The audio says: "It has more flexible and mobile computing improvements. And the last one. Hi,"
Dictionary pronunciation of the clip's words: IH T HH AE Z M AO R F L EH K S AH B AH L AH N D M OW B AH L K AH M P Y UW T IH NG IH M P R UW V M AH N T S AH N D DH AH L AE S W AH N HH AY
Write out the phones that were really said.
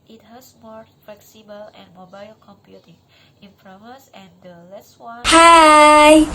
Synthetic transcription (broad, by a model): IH T HH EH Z M AO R F L EH K S AH B AH L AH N M OW B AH L K AH M P Y UW T IH NG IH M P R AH M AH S AH N D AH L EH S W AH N HH AY